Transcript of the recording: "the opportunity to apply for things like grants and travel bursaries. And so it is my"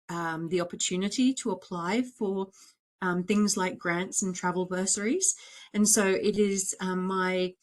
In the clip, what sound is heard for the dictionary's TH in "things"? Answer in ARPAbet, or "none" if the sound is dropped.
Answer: TH